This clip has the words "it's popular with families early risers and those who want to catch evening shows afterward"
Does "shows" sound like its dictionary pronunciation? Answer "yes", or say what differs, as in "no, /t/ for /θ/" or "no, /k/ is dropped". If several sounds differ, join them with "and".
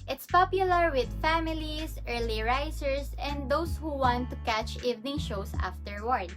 no, /s/ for /z/